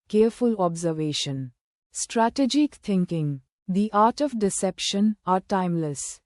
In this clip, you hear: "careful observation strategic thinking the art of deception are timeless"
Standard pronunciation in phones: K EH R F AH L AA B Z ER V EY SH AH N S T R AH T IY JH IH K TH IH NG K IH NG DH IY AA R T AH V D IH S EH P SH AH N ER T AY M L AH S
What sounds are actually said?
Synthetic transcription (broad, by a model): K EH R F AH L AA B Z ER V EY SH AH N S T R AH T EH JH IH K T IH NG K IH NG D IY AA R T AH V D IH S EH P SH AH N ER T AY M L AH S